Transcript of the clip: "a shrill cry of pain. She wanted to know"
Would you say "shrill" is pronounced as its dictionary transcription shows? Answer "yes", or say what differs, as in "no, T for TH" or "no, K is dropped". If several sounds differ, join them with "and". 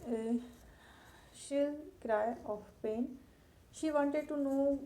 no, R is dropped